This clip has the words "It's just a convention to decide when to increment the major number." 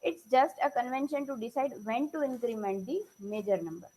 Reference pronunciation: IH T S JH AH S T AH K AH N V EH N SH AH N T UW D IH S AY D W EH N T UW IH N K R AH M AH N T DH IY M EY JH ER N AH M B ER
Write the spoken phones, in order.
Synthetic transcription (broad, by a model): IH T S JH AH S T AH K AH N V EH N SH AH N T UW D IH S AY D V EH N T UW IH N K R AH M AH N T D IY M EY JH ER N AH M B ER